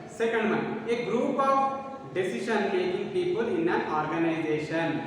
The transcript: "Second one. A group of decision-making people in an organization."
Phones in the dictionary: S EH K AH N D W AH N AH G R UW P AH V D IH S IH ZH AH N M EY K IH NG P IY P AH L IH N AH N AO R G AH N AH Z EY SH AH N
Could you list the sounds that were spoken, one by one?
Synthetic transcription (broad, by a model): S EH K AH N D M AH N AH G R UW P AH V D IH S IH SH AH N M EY IH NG P IY P AH L IH N AH N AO R G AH N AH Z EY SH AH N